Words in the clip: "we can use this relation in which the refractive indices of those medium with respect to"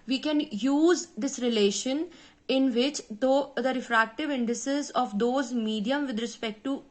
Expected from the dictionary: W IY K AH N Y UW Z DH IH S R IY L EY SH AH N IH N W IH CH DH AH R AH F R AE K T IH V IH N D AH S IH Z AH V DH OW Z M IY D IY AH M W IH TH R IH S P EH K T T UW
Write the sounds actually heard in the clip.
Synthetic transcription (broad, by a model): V IY K AH N Y UW Z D IH S R IY L EY SH AH N IH N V IH CH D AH R AH F R AE K T IH V IH N D AH S IH Z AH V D OW Z M IY D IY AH M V IH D R IH S P EH K T T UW